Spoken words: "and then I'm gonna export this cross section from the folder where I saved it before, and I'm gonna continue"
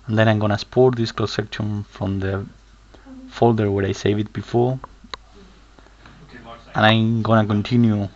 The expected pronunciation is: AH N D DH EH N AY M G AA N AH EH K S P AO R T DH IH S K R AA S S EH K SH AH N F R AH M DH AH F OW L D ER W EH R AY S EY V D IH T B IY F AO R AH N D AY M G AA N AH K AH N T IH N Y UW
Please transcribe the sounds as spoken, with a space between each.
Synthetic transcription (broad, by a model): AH N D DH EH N AY M G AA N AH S P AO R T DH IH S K L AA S S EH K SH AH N F R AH M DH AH F OW L D ER W EH R AY S EY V IH T B IY F AO R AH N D AY M G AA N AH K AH N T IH N Y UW